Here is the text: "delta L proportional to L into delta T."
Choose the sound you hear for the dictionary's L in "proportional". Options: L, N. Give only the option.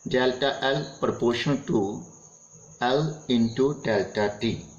N